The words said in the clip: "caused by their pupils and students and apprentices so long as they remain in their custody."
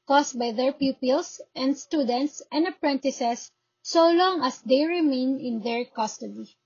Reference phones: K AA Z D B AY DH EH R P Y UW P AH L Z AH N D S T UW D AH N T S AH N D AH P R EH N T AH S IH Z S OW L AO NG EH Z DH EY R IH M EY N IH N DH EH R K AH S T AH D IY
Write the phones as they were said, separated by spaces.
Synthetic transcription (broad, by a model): K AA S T B AY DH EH R P Y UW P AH L S AH N D S T UW D AH N T S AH N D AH P R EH N T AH S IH S OW L AO NG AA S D EY R IH M EY N IH N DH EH R K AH S T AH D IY